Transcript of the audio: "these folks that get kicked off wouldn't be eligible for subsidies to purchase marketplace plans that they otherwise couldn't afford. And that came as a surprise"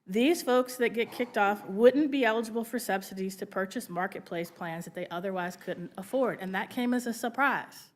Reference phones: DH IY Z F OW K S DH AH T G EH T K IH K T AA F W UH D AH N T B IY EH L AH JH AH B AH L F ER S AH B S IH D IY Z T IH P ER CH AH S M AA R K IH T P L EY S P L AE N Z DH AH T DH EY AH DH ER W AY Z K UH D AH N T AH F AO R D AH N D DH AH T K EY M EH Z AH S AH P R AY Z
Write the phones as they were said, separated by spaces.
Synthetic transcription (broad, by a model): DH IY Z F OW K S DH AH T G EH T K IH K T AA F W UH D N B IY EH L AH JH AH B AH L F ER S AH B S IH D IY Z T IH P ER CH AH S M AA R K IH T P L EY S P L AE N Z DH AH T DH EY AH DH ER W AY Z K UH D N T AH F AO R D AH N DH AH T K EY M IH Z AH S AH P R AY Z